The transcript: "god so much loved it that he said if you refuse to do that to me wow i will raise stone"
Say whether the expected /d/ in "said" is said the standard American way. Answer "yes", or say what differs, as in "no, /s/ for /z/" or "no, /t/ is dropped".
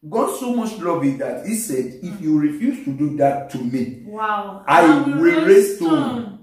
yes